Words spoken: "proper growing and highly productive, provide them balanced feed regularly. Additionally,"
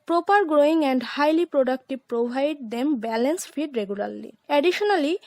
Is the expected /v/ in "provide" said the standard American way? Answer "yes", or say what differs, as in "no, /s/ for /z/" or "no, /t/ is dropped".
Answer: no, /b/ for /v/